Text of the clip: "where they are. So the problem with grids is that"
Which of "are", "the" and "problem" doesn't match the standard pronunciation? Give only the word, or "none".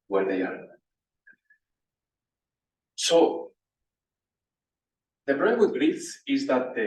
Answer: problem